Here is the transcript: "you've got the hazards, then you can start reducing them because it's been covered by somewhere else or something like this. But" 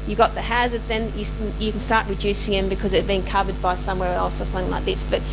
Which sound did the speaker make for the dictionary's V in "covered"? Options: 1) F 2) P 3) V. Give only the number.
3